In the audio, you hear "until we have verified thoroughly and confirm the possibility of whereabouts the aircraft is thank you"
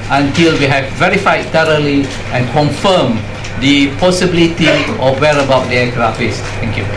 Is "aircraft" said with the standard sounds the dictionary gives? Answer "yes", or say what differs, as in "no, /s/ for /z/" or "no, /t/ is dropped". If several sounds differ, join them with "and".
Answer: no, /t/ is dropped